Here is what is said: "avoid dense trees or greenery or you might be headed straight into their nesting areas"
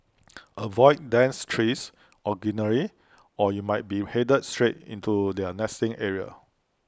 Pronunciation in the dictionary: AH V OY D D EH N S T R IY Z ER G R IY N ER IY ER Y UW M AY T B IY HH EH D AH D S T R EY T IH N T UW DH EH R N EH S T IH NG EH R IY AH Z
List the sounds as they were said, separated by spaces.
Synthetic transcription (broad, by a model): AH V OY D D EH N S T R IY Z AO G IY N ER IY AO Y UW M AY T B IY HH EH D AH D S T R EY T IH N T UW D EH N EH S T IH NG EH R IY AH